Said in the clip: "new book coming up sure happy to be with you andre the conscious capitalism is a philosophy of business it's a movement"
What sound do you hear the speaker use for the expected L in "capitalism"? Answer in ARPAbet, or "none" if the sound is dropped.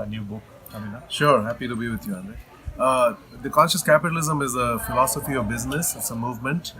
L